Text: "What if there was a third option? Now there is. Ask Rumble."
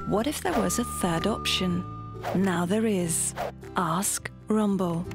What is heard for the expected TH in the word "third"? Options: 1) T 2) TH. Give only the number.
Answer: 2